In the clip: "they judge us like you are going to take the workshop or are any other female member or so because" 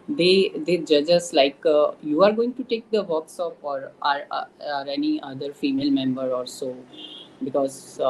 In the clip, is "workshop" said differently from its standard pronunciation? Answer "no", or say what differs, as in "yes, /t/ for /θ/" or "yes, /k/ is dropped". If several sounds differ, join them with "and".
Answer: yes, /s/ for /ʃ/